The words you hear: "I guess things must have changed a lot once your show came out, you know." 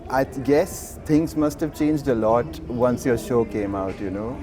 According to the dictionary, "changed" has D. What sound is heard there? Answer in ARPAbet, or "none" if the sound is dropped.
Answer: D